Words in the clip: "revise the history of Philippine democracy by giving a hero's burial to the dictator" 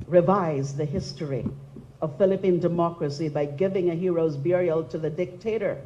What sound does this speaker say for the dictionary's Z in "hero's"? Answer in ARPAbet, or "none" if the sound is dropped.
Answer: Z